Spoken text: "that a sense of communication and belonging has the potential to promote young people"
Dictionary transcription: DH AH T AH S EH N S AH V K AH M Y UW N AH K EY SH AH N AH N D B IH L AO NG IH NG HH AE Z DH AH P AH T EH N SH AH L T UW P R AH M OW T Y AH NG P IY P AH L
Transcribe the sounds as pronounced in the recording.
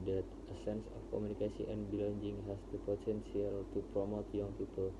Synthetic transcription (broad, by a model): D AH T AH S EH N S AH F K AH M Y UW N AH K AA S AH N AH N B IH L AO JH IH NG HH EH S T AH P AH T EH N S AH L T UW P R AH M OW T Y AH NG P IY P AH L